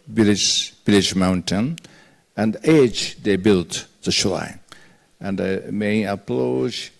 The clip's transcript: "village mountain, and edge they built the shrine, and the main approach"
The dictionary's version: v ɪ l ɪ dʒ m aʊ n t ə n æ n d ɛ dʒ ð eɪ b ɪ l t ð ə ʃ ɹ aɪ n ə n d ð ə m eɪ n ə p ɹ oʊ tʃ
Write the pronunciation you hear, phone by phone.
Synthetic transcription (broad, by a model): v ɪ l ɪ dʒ m aʊ n t ə n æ n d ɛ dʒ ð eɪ b ɪ l t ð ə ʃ l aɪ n ə n d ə m eɪ n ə p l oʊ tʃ